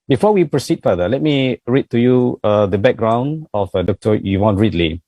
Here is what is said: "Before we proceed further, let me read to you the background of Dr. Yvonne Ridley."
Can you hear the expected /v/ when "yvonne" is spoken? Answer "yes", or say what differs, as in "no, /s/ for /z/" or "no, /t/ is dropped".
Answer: no, /w/ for /v/